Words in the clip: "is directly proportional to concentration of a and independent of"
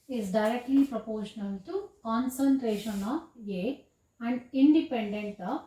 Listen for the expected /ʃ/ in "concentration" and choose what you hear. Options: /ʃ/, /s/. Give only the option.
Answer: /ʃ/